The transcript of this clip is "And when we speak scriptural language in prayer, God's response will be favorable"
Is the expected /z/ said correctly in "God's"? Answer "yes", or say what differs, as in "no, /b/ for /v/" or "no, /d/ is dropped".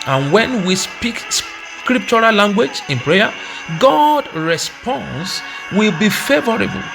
no, /z/ is dropped